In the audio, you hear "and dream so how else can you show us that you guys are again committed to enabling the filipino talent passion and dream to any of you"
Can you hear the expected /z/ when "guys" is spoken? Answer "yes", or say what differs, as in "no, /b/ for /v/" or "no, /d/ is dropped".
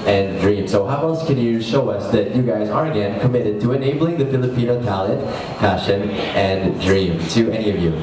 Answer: yes